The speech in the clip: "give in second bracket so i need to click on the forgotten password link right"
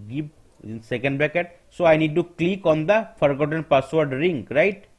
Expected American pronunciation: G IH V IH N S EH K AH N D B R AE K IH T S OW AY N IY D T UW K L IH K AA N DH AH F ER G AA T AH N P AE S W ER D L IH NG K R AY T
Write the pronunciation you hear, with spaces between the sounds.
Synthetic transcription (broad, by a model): G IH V IH N S EH K AH N D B EH K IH T S OW AY N IY D T UW K L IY K AA N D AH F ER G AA T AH N P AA S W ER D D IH NG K R AY T